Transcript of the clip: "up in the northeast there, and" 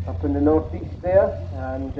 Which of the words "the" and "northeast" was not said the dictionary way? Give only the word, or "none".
none